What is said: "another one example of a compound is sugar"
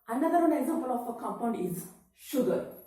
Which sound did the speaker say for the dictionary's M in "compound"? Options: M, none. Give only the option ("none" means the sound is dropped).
none